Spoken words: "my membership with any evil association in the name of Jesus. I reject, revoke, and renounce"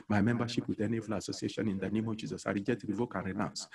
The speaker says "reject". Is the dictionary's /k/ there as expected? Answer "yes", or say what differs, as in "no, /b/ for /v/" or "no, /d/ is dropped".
no, /k/ is dropped